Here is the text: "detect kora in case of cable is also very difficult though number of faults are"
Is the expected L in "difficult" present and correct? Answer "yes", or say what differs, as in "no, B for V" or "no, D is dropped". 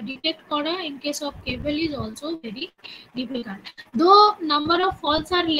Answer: no, N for L